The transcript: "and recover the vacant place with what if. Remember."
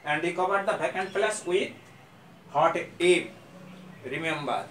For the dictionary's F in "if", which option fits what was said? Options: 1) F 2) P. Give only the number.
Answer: 2